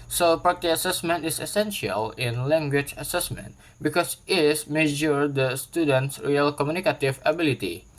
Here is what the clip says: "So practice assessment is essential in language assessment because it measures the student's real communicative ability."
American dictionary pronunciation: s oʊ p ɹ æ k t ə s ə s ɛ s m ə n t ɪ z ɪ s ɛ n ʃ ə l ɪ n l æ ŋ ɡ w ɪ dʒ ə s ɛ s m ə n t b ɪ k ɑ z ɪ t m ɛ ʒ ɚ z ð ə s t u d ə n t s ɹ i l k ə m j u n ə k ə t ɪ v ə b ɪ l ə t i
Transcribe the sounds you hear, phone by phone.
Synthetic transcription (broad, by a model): s oʊ p ɑ t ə ə s ɛ s m ə n t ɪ s ɪ s ɛ n ʃ ə l ɪ n l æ ŋ ɡ w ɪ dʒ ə s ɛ s m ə n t b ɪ k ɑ s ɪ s m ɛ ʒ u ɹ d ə s t u d ə n t s ɹ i l k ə m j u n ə k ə t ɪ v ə b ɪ l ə t i